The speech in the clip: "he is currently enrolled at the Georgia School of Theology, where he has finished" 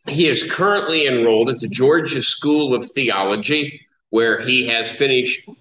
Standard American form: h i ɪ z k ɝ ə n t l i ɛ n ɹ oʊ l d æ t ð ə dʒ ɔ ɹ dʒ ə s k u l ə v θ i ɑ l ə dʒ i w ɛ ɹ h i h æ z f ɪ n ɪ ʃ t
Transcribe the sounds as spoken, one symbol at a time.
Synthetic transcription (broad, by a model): h i ɪ z k ɝ ə n t l i ɛ n ɹ oʊ l d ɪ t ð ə dʒ ɔ ɹ dʒ ə s k u l ə v θ i ɑ l ə dʒ i w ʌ ɹ i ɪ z f ɪ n ɪ ʃ t